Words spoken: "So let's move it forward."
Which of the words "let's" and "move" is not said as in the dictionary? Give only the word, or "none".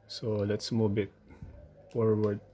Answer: move